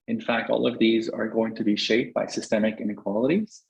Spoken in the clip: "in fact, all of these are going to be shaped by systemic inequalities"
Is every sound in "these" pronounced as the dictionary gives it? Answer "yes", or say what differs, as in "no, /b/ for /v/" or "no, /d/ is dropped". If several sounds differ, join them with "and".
yes